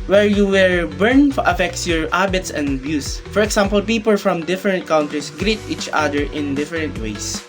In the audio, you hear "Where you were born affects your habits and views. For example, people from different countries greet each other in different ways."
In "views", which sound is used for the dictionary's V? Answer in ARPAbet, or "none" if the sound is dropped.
B